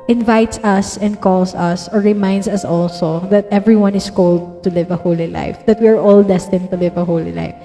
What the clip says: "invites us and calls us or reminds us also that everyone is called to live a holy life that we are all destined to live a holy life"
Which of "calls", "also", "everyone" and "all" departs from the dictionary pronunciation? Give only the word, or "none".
calls